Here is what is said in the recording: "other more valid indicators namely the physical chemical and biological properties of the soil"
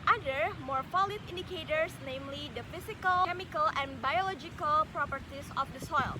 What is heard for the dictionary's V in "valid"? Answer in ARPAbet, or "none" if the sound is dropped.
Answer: F